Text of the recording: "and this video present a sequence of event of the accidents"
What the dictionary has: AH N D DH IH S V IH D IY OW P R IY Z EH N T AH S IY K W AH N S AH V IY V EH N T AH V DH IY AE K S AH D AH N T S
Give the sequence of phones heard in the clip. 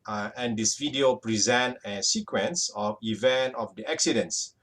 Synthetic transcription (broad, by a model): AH N D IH S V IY D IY OW P R IY Z EH N T AH S IY K W AH N S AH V IY V EH N T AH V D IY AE K S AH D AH N S